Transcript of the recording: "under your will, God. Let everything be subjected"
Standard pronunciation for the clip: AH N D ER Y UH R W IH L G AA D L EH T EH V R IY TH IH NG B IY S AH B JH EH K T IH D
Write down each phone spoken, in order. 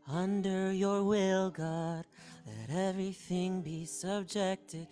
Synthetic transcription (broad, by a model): AH N D ER Y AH R W IH L G AA D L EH T EH V R IY TH IH NG B IY S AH B JH EH K T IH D